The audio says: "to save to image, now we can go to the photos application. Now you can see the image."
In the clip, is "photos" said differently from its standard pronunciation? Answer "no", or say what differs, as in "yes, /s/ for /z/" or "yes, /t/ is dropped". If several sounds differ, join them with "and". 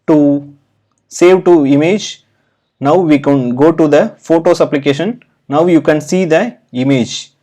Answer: yes, /s/ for /z/